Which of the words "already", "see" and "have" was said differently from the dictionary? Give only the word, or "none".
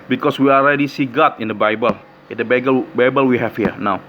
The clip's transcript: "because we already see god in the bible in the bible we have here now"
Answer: have